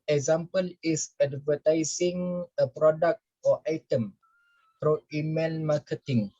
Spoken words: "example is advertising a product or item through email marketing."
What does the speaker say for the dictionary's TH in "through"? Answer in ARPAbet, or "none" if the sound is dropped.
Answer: F